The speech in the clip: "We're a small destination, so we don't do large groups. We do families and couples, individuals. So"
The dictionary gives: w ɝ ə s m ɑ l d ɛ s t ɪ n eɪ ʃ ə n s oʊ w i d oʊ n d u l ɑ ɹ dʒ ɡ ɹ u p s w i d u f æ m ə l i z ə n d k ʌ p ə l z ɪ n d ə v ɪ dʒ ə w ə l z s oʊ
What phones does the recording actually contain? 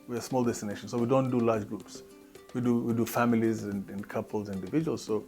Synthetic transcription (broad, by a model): w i ə s m ɑ l d ɛ s t ɪ n eɪ ʃ ə n s oʊ w i d oʊ n d u l ɑ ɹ dʒ ɡ ɹ u p s w i d u f æ m ə l i z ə n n k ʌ p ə l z ɪ n d ə v ɪ dʒ ə w ə l z s oʊ